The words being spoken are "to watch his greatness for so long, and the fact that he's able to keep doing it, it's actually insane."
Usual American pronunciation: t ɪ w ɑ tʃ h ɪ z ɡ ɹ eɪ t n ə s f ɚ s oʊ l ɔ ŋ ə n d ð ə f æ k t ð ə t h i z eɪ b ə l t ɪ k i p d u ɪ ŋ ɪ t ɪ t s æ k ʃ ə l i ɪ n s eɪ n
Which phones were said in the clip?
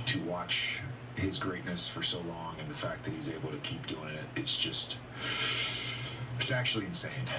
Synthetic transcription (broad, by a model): t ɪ w ɑ tʃ h ɪ z ɡ ɹ eɪ t n ə s f ɚ s oʊ l ɔ ŋ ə n ð ə f æ k ð ə t h i z eɪ b l t ɪ k i p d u ɪ ŋ ɪ t ɪ t s æ k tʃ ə l i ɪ n s eɪ n